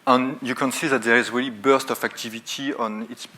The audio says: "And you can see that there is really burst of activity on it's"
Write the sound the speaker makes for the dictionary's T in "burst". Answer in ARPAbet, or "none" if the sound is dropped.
T